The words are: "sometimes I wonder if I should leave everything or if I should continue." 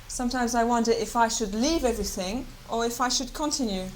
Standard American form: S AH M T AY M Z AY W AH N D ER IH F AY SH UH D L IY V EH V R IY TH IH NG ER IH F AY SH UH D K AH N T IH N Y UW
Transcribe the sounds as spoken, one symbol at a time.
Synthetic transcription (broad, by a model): S AH M T AY M Z AY W AH N D ER IH F AY SH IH D L IY V EH V R IY TH IH NG ER IH F AY SH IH D K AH N T IH N Y UW